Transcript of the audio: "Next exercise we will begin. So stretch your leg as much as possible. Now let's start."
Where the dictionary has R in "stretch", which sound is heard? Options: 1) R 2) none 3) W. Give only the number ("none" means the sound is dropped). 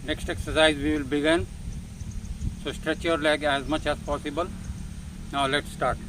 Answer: 1